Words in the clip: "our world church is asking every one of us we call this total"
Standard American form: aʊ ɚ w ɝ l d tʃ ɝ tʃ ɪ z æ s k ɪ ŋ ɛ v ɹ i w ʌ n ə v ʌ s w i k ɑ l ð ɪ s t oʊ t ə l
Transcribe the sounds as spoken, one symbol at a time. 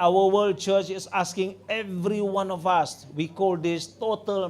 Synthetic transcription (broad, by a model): aʊ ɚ w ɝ l d tʃ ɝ tʃ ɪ s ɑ s k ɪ ŋ ɛ v ɹ i w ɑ n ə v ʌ s w i k ɑ l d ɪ s t oʊ t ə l